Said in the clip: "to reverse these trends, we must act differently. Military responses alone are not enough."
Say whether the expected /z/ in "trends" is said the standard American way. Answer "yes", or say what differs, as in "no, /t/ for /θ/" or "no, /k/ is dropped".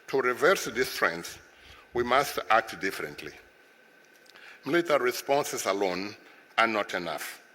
no, /s/ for /z/